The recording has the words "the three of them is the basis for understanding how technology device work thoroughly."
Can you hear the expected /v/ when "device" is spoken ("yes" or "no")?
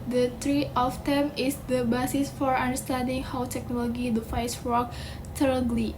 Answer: no